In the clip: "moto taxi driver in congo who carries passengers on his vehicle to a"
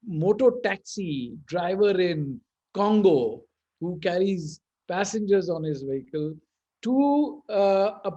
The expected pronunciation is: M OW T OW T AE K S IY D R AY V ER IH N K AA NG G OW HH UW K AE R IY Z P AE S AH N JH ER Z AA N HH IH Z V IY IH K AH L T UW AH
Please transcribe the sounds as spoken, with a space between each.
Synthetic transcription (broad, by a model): M OW T OW T AE K S IY D R AY V ER IH N K AA NG G OW HH UW K AE R IY Z P AE S AH N JH ER Z AA N HH IH Z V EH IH K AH L T UW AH